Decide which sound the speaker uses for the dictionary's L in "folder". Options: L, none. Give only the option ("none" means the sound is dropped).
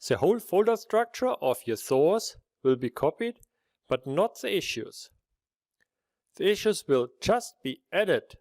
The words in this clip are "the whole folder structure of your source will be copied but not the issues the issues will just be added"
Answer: L